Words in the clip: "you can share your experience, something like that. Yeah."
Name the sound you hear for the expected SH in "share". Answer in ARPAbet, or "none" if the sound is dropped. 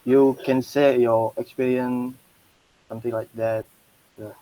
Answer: S